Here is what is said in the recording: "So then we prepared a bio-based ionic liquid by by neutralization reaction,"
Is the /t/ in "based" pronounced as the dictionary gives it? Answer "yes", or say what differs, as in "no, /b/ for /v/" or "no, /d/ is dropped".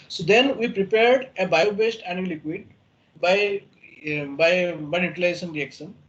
yes